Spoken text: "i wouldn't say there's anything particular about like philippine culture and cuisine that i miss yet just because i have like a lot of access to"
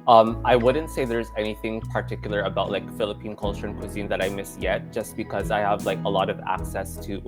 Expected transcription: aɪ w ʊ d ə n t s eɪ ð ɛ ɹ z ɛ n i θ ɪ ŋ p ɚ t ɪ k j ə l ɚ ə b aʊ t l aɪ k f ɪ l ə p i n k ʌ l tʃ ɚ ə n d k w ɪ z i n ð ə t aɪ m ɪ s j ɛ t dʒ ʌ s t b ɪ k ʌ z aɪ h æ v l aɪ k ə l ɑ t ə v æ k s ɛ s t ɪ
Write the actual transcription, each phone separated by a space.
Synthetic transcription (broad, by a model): aɪ w ʊ d n t s eɪ ð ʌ ɹ z ɛ n i θ ɪ ŋ p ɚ t ɪ k j l ɚ ə b aʊ t l aɪ k f ɪ l ə p i n k ʌ l tʃ ɚ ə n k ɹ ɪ z i n ð ə t aɪ m ɪ s j ɛ t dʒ ʌ s b ɪ k ʌ z aɪ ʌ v l aɪ k ə l ɑ t ə v æ k s ɛ s t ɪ